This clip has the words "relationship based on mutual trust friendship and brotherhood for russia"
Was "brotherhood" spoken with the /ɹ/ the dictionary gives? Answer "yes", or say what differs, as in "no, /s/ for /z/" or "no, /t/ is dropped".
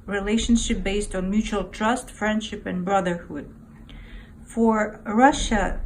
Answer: yes